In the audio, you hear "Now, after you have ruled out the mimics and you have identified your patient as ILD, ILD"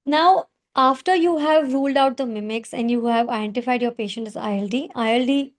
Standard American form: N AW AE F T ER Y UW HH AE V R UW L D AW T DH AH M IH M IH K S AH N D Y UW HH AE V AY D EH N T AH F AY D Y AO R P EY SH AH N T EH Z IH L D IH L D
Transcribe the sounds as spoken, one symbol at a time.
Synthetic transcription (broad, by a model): N AW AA F T ER Y UW HH AE V R UW L D AW T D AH M IH M IH K S AH N D Y UW HH AE V AY D EH N T AH F AY D Y AO R P EY SH AH N T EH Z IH L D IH L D